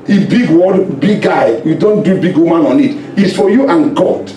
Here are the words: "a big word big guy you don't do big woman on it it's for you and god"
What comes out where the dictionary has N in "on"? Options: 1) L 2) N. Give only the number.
2